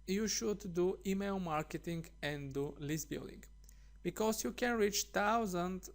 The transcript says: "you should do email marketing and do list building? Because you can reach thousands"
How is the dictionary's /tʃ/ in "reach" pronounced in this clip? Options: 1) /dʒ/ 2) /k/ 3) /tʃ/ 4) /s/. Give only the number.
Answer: 3